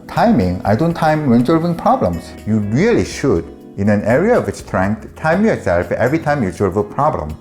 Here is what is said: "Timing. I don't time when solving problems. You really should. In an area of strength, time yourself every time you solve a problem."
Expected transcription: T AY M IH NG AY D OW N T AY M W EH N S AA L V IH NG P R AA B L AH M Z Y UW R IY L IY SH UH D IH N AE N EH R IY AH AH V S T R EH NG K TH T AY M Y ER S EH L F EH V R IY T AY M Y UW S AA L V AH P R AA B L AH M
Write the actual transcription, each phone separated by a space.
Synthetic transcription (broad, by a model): T AY M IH NG AY D OW N T AY M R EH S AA L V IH NG P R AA B L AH M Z Y UW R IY L IY SH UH D IH N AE N EH R IY AH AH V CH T R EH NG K T T AY M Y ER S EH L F EH V R IY T AY M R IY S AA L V AH P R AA B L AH M